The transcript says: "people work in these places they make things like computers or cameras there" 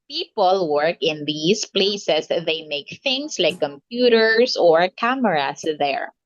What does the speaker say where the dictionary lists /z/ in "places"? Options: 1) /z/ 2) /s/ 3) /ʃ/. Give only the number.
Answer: 2